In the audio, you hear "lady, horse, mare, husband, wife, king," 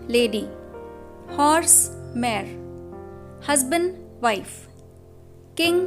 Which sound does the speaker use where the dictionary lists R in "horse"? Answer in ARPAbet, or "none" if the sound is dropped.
R